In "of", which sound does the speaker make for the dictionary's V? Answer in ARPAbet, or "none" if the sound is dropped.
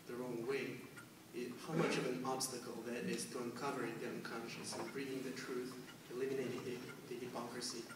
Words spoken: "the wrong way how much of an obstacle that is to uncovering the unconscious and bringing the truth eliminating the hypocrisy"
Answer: V